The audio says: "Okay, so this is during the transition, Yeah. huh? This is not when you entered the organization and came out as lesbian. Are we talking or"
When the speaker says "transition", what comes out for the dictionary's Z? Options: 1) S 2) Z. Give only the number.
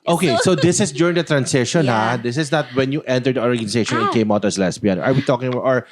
1